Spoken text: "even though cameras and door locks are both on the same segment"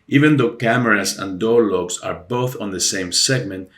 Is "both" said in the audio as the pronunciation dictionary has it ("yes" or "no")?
yes